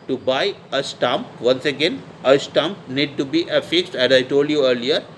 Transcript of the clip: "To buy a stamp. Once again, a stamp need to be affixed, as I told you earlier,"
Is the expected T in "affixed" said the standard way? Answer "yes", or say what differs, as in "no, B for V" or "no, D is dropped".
yes